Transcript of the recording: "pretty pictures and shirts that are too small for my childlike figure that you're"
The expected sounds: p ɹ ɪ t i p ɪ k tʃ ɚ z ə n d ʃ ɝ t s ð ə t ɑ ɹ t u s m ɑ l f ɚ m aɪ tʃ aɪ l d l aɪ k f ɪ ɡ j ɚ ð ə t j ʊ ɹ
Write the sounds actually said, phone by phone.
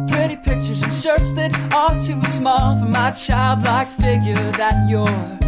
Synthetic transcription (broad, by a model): p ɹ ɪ t i p ɪ k tʃ ɚ z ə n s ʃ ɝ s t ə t ɑ l t u s m ɑ l f ɚ m aɪ tʃ aɪ l d l aɪ k f ɪ ɡ j ɚ ð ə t j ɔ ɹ